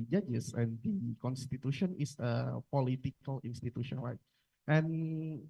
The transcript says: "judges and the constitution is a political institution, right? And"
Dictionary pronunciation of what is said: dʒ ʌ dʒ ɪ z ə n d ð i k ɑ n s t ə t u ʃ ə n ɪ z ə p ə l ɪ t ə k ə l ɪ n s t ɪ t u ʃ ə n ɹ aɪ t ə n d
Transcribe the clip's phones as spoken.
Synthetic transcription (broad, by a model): dʒ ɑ dʒ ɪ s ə n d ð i k ɑ n s t ə t u ʃ ə n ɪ s ə p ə l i t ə k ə l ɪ n s t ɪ t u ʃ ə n l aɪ t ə n